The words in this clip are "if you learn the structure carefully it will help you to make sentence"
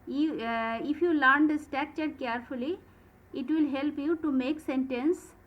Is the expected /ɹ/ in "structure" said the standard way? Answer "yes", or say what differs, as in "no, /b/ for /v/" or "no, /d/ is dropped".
no, /ɹ/ is dropped